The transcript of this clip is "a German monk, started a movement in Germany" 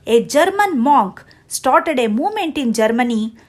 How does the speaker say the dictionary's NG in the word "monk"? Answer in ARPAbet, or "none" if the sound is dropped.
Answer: none